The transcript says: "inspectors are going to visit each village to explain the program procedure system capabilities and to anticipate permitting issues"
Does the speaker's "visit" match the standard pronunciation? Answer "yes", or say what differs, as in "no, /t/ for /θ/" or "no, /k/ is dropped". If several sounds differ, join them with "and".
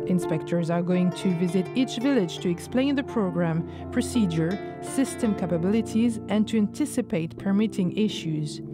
yes